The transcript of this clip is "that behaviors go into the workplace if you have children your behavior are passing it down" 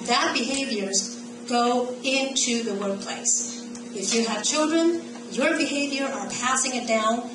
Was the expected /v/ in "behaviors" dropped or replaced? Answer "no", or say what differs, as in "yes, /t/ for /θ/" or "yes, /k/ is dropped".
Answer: no